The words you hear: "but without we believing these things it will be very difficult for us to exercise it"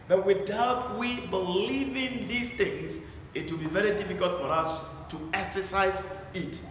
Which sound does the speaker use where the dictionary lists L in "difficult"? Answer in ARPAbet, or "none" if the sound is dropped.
L